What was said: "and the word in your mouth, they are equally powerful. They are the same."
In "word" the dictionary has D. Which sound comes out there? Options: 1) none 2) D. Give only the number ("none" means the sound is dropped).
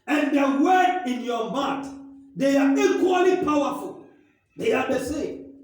1